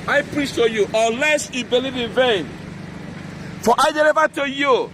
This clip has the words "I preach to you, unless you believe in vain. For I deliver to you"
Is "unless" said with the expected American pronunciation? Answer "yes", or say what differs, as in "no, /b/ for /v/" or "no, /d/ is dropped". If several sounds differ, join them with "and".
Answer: no, /n/ is dropped